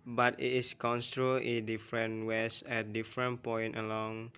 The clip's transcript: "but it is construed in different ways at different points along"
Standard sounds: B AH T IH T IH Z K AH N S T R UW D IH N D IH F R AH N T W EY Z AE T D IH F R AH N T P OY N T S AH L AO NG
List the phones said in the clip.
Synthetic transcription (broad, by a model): B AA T IH T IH S K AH N S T R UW IH N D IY F R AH N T W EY S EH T D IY F R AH N P OY N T AH L AO NG